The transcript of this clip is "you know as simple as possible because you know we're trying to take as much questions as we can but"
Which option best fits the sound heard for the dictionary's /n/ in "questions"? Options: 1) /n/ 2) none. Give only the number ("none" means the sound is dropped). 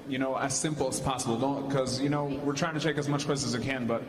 2